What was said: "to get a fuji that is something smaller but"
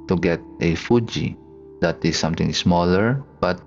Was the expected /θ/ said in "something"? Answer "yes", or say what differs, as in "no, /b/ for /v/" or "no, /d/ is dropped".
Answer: no, /t/ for /θ/